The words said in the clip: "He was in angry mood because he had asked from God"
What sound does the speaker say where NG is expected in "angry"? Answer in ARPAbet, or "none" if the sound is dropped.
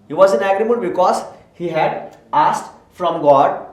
none